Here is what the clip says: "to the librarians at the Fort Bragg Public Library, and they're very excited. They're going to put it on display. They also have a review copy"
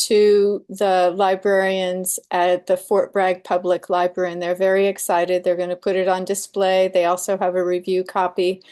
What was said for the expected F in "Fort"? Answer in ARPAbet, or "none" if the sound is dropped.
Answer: F